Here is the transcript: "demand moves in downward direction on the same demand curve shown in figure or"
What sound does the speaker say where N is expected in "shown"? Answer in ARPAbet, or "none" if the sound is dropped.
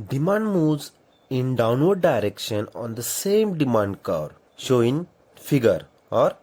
none